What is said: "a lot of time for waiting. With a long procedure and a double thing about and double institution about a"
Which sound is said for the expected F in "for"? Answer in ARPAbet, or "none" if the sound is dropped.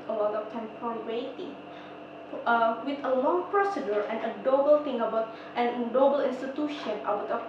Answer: P